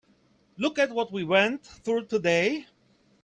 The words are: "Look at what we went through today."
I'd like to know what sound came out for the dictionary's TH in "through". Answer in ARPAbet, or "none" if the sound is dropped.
TH